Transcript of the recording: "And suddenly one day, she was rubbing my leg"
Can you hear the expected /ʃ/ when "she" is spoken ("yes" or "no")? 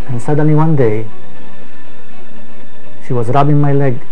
yes